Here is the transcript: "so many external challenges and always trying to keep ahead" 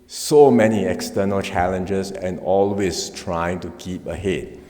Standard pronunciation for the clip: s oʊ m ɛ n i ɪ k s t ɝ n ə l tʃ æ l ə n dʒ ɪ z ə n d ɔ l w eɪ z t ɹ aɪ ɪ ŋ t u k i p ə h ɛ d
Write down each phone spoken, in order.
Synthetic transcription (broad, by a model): s oʊ m ɛ n i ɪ k s t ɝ n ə l tʃ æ l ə n dʒ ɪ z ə n ɔ l w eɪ s t ɹ aɪ ɪ ŋ t u k i p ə h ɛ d